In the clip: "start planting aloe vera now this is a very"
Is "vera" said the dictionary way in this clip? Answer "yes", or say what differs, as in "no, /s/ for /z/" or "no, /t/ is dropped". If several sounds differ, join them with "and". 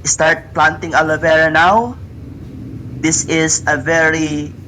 yes